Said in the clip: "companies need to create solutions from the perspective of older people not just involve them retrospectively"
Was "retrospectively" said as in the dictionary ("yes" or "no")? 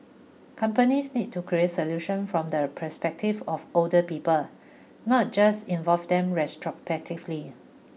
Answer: no